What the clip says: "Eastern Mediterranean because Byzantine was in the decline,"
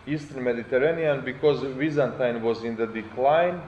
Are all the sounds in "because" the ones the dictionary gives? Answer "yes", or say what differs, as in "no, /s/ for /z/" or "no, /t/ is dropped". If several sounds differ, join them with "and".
yes